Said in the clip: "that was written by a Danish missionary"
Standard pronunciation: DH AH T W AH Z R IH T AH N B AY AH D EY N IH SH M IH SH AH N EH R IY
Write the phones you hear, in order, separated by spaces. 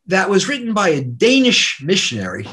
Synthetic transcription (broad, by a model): DH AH T W AH Z R IH T N B AY AH D EY N IH SH M IH SH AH N EH R IY